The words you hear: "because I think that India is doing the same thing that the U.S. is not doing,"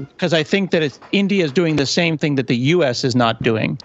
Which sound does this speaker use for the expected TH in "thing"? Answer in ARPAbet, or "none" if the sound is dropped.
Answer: TH